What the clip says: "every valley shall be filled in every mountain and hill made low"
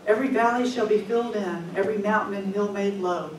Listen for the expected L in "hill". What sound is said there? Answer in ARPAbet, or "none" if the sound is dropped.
L